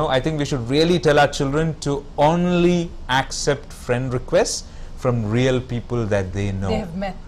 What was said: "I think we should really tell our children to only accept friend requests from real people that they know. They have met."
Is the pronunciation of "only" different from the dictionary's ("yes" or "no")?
no